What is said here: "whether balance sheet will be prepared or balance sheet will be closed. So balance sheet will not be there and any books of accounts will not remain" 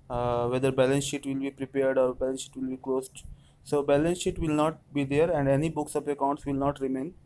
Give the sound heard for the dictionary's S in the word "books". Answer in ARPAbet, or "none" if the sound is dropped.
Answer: S